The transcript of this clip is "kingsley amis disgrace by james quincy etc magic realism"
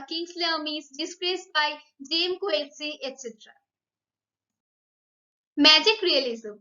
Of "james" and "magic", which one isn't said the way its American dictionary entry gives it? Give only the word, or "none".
james